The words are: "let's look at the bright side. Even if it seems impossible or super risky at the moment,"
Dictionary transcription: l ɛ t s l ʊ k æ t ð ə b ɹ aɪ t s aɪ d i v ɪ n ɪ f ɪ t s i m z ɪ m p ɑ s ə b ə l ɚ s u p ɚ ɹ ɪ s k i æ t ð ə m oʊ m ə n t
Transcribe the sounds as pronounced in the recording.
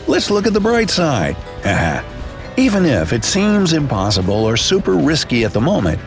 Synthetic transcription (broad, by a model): l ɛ t s l ʊ k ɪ t ð ə b ɹ aɪ t s aɪ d i v ɪ n ɪ f ɪ t s i m z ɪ m p ɑ s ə b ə l ɚ s u p ɚ ɹ ɪ s k i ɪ t ð ə m oʊ m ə n t